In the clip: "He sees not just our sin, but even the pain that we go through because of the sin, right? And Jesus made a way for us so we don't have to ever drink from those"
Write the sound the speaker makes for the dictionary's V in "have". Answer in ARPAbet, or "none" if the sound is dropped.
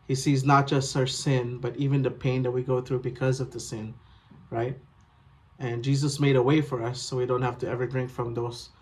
F